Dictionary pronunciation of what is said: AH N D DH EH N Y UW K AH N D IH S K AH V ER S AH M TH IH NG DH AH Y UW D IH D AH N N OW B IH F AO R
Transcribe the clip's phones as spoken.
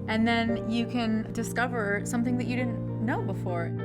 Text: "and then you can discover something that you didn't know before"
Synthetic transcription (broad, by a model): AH N DH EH N Y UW K AH N D IH S K AH V ER S AH M TH IH NG DH AH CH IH D IH D N N OW B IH F AO R